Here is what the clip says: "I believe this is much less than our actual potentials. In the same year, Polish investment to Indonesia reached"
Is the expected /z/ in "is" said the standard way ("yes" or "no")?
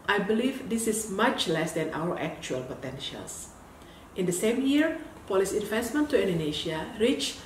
no